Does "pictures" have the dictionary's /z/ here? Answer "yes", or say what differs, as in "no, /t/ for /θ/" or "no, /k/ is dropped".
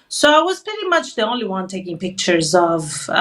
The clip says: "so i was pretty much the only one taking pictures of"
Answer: yes